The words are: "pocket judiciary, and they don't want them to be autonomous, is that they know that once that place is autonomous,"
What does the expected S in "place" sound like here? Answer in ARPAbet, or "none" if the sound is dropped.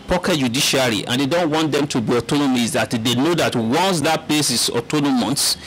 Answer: S